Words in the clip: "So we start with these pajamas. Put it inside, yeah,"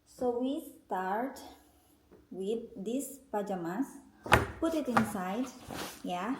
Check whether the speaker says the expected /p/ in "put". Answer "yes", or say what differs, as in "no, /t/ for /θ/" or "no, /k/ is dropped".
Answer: yes